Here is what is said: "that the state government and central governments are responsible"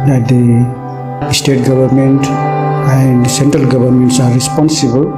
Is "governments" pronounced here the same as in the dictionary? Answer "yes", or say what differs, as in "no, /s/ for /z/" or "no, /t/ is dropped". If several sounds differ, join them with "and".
no, /b/ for /v/